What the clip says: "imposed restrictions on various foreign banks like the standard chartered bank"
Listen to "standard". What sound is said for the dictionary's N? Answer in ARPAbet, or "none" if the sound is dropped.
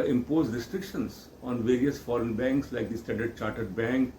none